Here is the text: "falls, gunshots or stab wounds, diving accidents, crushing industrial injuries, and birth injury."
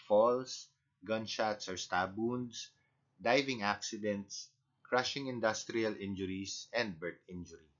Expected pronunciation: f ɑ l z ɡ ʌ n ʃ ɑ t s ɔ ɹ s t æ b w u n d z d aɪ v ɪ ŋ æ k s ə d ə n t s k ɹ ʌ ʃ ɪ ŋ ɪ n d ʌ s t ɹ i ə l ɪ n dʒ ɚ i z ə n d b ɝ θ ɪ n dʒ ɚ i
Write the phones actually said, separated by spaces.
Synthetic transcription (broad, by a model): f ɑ l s ɡ ʌ n ʃ ɑ t s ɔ ɹ s t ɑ b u n d s d aɪ v ɪ ŋ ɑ k s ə d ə n t s k ɹ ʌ ʃ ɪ ŋ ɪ n d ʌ s t ɹ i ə l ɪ n dʒ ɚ i s ə n d b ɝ t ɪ n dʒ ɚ i